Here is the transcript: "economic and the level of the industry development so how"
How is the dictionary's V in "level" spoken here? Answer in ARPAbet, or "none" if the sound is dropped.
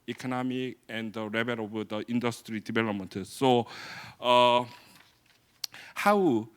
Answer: B